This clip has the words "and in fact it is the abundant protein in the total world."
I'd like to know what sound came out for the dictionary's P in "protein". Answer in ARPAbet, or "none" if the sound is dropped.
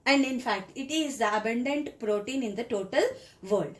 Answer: P